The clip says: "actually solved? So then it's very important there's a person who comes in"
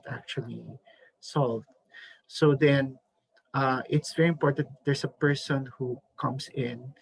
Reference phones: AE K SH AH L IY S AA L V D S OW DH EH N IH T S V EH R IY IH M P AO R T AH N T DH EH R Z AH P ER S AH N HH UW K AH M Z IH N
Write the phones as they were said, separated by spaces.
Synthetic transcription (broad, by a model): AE K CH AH L IY S AA L V D S OW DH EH N IH T S V EH R IY IH M P AO R T AH N T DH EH R S AH P ER S AH N HH UW K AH M S IH N